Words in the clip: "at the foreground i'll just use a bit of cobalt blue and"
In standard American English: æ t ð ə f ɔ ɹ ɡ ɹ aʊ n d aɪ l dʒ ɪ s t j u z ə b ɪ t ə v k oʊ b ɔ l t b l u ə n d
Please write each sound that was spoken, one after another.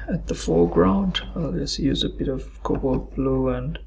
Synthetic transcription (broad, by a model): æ t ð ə f ɔ ɹ ɡ ɹ aʊ n d aɪ l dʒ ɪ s j u z ə b ɪ t ə v k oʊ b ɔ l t b l u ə n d